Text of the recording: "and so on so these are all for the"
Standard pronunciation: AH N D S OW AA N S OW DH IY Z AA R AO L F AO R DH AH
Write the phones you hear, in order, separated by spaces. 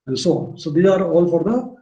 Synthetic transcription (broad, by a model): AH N S OW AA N S OW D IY AA R AO L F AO R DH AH